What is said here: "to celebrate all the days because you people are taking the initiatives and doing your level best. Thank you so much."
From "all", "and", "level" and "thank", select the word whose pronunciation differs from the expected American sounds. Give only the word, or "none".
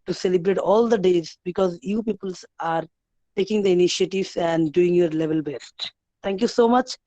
thank